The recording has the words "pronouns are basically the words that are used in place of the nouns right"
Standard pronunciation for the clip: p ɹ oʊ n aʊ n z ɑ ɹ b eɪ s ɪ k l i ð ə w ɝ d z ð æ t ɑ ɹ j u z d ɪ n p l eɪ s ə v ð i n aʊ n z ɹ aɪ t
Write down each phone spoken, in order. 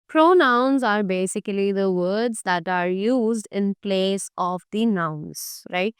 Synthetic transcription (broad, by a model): p ɹ oʊ n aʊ n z ɑ ɹ b eɪ s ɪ k l i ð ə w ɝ d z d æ t ɑ ɹ j u z d ɪ n p l eɪ s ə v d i n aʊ n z ɹ aɪ t